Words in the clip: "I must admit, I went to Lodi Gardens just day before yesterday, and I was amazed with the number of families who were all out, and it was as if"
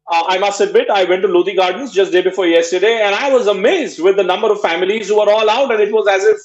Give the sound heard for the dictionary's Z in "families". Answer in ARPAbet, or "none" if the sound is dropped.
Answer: Z